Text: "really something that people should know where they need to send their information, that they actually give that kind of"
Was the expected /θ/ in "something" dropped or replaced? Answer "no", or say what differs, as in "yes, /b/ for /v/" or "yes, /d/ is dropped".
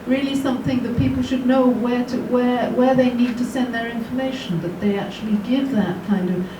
no